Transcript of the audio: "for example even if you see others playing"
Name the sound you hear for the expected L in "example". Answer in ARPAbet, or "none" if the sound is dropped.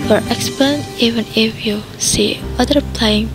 N